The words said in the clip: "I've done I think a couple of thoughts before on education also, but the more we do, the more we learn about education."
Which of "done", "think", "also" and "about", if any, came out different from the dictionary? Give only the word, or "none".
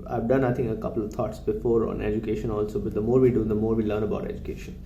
think